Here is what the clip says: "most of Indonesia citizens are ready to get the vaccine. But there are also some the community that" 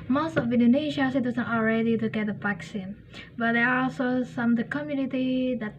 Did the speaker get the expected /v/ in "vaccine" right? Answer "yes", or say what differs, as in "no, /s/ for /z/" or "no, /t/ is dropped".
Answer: no, /p/ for /v/